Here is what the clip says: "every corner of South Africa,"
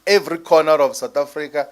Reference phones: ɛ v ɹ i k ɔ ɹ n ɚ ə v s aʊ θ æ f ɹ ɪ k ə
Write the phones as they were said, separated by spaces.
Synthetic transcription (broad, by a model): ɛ v ɹ i k ɔ n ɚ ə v s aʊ t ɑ f ɹ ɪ k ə